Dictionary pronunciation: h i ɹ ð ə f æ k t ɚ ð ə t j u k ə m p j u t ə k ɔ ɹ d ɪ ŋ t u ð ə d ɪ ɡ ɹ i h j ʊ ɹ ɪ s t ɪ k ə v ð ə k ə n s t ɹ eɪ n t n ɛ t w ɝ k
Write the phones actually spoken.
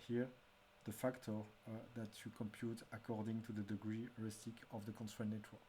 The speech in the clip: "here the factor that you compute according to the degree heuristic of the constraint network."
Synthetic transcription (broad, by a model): h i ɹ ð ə f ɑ k t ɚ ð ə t j u k ə m p j u t ə k ɔ ɹ d ɪ ŋ t u ð ə d ɪ ɡ ɹ i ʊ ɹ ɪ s t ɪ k ə v ð ə k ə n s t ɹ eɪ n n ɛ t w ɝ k